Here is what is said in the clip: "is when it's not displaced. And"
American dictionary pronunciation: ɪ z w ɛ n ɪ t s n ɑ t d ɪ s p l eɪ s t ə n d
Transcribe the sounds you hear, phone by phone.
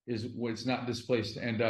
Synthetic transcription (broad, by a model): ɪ z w ɪ t s n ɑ t d ɪ s p l eɪ s t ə n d